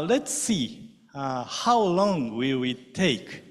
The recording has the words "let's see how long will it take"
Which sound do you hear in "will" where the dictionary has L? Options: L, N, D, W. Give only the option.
W